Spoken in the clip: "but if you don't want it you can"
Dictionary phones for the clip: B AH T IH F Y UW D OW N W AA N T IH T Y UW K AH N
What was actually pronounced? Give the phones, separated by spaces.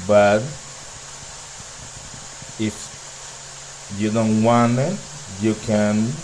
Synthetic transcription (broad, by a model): B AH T IH F Y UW D OW N W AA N IH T Y UW K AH N